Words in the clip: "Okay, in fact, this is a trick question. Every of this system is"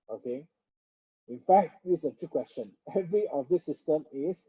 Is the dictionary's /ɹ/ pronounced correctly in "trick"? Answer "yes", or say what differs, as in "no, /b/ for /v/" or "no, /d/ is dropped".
no, /ɹ/ is dropped